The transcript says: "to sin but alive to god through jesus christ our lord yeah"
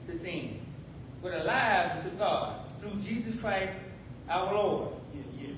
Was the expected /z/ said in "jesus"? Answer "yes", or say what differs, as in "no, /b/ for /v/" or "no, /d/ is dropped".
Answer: yes